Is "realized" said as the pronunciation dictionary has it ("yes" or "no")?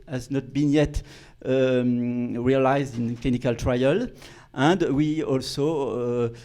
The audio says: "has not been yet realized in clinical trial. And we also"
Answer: yes